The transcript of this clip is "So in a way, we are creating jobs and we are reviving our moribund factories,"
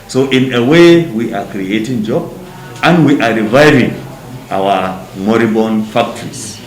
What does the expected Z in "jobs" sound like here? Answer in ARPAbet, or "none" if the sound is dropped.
none